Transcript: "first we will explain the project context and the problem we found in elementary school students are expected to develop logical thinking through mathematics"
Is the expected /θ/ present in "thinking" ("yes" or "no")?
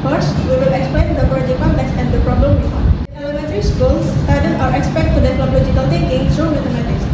no